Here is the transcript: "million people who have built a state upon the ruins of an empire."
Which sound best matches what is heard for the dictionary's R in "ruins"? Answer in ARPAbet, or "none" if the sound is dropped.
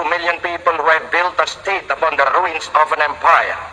R